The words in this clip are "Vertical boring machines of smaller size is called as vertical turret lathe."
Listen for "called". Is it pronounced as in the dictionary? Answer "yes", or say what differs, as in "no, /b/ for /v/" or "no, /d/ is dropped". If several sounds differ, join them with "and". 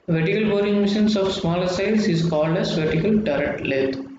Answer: yes